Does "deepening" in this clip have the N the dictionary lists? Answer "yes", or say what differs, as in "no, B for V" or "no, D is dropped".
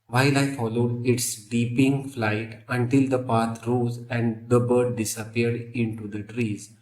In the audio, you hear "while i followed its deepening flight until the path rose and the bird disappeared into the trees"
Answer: no, N is dropped